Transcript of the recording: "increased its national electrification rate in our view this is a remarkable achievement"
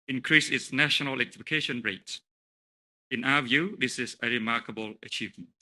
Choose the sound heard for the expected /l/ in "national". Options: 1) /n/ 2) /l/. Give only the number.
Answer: 1